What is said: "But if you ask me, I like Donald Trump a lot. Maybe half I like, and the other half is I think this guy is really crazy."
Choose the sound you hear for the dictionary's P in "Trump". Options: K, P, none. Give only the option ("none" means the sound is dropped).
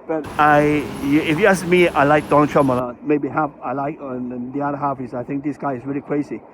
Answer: none